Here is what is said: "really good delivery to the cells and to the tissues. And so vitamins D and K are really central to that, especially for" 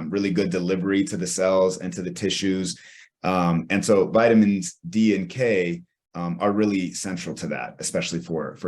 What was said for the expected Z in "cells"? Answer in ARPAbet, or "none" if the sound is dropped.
Z